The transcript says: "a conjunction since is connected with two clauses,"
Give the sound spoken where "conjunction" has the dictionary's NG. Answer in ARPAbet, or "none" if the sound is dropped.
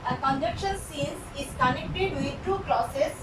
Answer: none